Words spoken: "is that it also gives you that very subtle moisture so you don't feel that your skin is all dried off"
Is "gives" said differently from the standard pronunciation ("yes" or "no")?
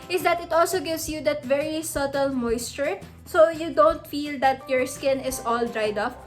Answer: yes